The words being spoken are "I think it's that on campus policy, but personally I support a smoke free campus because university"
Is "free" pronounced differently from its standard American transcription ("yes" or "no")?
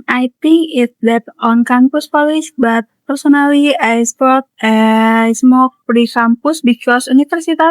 yes